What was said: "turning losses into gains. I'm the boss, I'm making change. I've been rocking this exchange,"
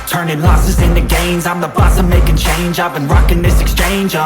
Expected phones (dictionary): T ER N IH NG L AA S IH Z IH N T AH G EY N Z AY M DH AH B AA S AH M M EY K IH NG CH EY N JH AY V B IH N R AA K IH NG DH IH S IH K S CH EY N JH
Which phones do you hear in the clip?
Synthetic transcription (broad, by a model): T ER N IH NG L AA S IH Z IH N T AH G EY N Z AY M DH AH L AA S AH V M EY K IH NG CH EY N JH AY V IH N R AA K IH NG DH IH S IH K S CH EY N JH